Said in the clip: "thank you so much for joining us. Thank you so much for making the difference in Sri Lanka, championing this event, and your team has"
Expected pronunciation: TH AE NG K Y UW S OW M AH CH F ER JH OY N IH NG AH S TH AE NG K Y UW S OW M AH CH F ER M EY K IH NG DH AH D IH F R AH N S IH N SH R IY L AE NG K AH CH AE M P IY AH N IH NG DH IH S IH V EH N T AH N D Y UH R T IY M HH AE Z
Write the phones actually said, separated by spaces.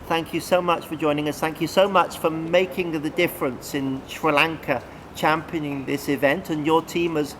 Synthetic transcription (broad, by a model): TH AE NG K Y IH S OW M AH CH F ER JH OY N IH NG AH S TH AE NG K Y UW S OW M AH CH F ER M EY K IH NG DH AH D IH F R AH N S IH N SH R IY L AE NG K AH CH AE M P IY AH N IH NG DH IH S IH V EH N T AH N Y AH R T IY M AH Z